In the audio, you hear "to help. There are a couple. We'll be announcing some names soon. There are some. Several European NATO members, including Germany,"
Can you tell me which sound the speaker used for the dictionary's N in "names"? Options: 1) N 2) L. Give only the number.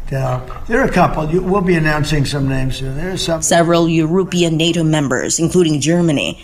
1